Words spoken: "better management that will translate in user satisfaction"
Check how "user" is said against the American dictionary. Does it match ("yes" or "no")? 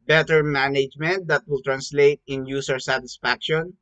no